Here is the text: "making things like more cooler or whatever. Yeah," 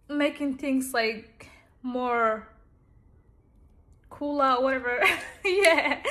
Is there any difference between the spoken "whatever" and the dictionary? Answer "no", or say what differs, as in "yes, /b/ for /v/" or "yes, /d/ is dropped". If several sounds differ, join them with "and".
no